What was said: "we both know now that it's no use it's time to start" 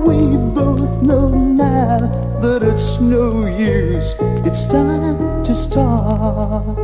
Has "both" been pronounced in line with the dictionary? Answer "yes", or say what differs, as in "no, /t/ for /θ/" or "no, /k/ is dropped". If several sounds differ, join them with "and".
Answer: yes